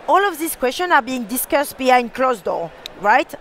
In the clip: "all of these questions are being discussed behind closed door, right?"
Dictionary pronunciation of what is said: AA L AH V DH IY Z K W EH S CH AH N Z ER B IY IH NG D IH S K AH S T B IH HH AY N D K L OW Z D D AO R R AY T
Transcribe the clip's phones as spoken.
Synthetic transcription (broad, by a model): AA L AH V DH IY S K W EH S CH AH N AA B IY IH NG D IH S K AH S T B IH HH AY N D K L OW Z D D AO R R AY T